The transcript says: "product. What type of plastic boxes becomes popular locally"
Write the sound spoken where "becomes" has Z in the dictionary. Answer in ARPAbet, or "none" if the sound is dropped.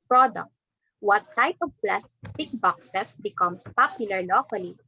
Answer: S